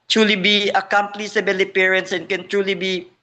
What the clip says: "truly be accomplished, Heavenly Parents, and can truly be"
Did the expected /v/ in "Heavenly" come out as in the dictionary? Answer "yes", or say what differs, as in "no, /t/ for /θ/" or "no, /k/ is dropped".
no, /b/ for /v/